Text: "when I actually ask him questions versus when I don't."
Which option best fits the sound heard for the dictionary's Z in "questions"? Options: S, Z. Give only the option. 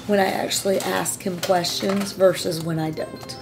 Z